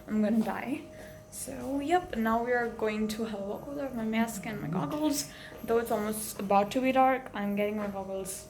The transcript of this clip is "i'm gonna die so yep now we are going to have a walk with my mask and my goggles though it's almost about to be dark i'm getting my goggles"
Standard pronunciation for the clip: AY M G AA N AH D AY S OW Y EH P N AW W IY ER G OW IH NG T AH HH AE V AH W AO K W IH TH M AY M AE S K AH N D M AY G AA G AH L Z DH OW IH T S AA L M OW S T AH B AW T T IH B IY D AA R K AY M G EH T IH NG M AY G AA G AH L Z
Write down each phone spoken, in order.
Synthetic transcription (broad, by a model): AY M G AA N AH D AY S OW Y EH P N AW W IY ER G OW IH NG T AH HH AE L AH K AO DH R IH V M AY M AE S K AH N M AY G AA G L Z DH OW IH T S AA L M OW S T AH B AW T T IH B IY D AA R K AY M G EH T IH NG M AY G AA G L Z